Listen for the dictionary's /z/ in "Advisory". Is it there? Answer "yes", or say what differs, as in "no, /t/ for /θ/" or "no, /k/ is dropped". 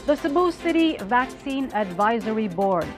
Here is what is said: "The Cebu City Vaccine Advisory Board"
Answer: yes